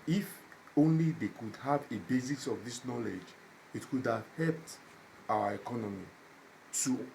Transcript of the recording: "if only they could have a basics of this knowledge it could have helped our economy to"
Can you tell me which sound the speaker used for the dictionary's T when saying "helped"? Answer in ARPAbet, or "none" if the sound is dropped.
T